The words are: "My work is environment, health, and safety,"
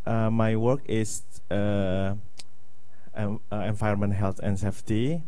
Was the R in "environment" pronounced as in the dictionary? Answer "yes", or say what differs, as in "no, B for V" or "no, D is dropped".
no, R is dropped